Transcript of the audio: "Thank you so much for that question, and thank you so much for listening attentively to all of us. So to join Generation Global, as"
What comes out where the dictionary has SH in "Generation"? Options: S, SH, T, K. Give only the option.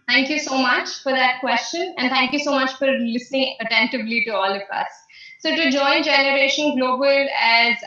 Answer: SH